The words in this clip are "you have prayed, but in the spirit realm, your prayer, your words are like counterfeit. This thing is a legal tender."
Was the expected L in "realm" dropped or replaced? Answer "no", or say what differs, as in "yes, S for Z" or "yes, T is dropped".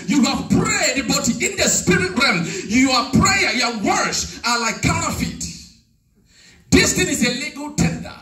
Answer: yes, L is dropped